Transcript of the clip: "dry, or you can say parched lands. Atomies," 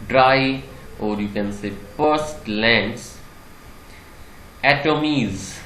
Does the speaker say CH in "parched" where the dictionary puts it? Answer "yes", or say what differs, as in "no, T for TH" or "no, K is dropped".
no, S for CH